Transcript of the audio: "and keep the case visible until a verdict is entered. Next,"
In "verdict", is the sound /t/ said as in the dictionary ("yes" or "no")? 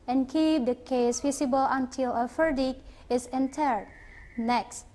no